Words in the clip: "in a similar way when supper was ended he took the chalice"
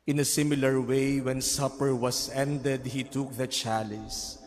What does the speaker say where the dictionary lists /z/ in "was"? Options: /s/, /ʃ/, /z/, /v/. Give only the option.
/s/